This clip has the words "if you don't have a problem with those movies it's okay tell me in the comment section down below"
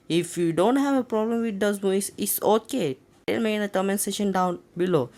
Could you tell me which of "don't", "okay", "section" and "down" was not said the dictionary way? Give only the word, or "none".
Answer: section